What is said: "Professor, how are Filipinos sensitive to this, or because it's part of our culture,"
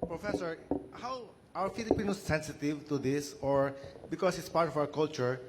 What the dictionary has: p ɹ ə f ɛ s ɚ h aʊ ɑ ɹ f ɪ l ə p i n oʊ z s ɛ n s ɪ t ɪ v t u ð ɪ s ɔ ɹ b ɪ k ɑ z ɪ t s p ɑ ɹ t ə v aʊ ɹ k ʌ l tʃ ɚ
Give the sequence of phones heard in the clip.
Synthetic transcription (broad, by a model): p ɹ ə f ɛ s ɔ h aʊ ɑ w f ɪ l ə p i n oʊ s ɛ n s ɪ t ɪ v t u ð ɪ s ɔ ɹ b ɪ k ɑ s ɪ t s p ɑ ɹ t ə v aʊ ɹ k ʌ l tʃ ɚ